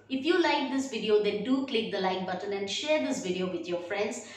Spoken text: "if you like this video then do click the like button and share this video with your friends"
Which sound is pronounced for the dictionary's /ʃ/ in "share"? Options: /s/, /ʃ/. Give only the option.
/ʃ/